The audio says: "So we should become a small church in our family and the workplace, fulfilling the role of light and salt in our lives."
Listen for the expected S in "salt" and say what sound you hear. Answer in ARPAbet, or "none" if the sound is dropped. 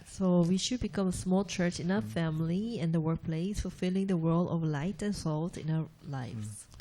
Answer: S